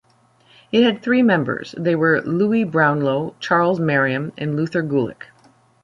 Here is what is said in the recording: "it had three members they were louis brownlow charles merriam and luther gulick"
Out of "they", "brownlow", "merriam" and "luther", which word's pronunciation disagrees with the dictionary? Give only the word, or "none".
none